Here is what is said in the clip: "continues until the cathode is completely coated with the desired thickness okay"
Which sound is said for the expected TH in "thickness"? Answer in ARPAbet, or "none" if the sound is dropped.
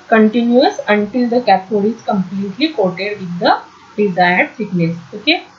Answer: S